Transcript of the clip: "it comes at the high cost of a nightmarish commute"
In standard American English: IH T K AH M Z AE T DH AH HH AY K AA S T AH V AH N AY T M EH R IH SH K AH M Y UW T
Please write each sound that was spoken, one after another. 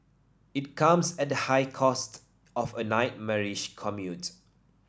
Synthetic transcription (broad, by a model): IH T K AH M S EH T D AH HH AY K AA S T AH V AH N AY T M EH R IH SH K AH M Y UW T